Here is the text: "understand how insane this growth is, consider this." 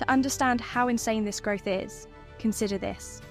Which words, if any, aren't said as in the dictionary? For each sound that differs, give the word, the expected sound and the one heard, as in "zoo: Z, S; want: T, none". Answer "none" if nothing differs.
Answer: none